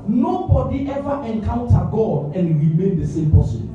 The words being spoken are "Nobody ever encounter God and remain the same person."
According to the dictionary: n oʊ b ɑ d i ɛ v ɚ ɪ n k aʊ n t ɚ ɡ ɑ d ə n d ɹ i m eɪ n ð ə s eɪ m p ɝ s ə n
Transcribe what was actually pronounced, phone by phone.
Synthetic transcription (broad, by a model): n oʊ b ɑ d i ɛ v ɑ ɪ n k aʊ n t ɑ ɡ ɑ d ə n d ɹ i m eɪ n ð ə s eɪ m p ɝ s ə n